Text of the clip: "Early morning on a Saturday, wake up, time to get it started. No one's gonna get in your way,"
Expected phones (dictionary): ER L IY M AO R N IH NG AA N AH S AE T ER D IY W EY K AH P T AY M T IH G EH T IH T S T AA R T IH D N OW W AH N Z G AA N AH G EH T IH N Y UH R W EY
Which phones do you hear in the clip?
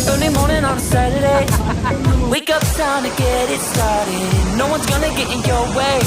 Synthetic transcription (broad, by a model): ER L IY M AO R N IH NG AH N S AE T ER D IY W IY K AH P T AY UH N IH G EH T IH T S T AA R T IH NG N OW W AH N Z G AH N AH G EH T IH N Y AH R W EY